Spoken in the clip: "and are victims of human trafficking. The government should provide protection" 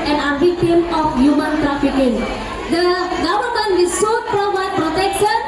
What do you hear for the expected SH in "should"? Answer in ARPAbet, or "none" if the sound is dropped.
S